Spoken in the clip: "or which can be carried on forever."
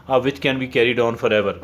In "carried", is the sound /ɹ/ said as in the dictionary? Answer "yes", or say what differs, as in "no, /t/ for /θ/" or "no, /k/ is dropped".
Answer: yes